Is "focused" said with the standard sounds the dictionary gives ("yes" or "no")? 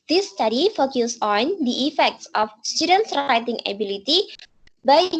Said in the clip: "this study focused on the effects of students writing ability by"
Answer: no